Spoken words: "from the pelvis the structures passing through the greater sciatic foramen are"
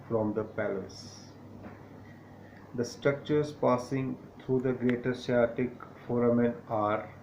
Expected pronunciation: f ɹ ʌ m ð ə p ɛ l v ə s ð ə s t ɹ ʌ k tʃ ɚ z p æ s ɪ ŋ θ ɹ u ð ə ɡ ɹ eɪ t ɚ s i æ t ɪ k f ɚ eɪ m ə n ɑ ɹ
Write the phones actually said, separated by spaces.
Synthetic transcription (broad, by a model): f ɹ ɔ m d ə p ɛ l ə s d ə s t ɹ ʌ k tʃ ɚ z p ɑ s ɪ ŋ t ɹ u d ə ɡ ɹ eɪ t ɚ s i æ t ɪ k f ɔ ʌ m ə n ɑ ɹ